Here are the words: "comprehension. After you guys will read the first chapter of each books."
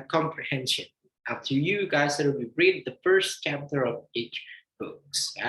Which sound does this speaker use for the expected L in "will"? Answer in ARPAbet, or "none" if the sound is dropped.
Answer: W